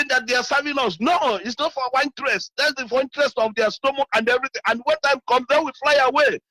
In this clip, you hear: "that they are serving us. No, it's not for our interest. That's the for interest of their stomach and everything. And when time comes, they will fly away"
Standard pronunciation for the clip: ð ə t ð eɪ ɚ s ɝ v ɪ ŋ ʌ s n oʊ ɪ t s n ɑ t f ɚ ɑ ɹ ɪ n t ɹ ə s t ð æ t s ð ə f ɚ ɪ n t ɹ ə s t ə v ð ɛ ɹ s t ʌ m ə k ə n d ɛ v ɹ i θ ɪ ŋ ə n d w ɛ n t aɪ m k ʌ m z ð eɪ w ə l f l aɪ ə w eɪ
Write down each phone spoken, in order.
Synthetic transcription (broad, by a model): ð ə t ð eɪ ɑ s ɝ v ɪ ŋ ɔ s n oʊ ɪ t s n ɑ t f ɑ w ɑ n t ɹ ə s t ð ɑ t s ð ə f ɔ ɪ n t ɹ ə s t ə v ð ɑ s t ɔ m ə k ə n d ɛ v ɹ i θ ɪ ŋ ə n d w ɛ n t aɪ m k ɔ m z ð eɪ w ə f l aɪ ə w eɪ